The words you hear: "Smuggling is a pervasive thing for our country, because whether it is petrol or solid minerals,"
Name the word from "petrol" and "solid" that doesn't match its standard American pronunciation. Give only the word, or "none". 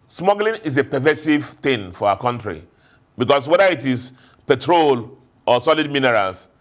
none